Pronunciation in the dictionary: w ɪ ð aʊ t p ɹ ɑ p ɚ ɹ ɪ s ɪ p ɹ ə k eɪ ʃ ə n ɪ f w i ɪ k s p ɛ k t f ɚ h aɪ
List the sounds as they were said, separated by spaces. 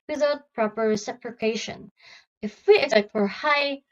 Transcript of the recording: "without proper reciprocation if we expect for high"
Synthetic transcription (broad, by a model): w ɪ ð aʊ t p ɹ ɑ p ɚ ɹ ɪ s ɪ p ɹ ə k eɪ ʃ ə n ɪ f w i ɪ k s ɛ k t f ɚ h aɪ